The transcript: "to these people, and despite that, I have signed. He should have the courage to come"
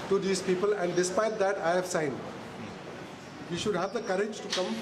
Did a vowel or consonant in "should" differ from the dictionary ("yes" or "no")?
no